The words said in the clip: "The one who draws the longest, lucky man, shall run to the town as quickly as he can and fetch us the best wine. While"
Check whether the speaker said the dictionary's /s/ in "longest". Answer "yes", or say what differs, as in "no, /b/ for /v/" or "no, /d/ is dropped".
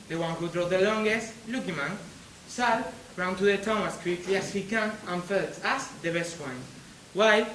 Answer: yes